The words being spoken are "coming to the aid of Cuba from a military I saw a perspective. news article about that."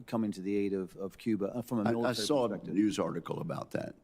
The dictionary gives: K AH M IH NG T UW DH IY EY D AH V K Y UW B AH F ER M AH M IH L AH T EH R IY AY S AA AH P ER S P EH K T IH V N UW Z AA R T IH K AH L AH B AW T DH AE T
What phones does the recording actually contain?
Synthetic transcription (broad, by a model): K AH M IH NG T UW DH IY EY D AH V K Y UW B AH F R AH M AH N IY AY S AA AH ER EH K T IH N UW Z AA R T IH K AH L AH B AW T DH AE T